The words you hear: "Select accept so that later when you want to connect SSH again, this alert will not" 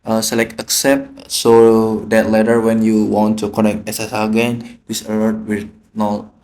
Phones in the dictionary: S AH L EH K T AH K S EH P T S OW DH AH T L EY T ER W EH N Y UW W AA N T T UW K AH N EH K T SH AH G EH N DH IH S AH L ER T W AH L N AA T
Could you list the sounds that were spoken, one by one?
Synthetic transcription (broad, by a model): S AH L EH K AH K S EH P T S OW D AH T L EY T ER W EH N Y UW W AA N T T UW K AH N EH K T S AH G EH N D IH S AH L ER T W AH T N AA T